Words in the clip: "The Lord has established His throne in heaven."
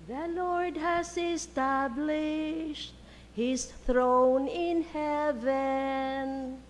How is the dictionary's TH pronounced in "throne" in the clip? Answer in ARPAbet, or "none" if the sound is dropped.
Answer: TH